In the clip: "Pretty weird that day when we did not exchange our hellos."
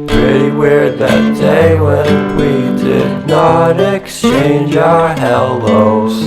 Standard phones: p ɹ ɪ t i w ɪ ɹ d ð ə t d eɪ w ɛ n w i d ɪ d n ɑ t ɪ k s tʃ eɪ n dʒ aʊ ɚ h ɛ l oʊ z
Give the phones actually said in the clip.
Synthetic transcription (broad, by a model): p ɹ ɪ t i w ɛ ɹ ð ə t d eɪ w ɛ n w i d ɪ d n ɑ t ɪ k s tʃ eɪ n dʒ aʊ ɚ h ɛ l oʊ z